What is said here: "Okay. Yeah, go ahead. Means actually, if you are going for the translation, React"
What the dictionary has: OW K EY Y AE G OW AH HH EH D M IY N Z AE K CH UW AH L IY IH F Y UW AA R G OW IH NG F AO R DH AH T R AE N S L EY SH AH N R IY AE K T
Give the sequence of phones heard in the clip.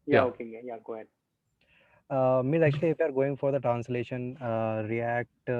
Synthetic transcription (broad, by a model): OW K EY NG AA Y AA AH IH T M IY Z AE K CH UW AH L IY IH F Y UW AA R G OW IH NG F AO R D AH T R AE N S L EY SH AH N R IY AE K T